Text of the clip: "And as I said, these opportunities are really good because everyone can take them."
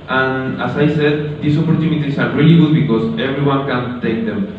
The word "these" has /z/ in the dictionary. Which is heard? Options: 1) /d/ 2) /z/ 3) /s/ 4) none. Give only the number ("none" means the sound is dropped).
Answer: 3